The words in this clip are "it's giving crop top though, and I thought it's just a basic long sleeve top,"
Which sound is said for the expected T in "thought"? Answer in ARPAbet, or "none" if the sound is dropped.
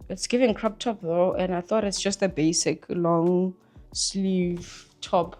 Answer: T